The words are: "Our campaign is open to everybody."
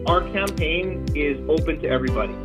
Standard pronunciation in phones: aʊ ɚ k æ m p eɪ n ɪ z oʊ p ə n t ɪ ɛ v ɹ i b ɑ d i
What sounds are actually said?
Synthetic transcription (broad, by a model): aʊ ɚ k æ m p eɪ n ɪ z oʊ p ə n t ɪ ɛ v ɹ i b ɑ d i